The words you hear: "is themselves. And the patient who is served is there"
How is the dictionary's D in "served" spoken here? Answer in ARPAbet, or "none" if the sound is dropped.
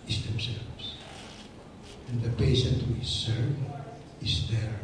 none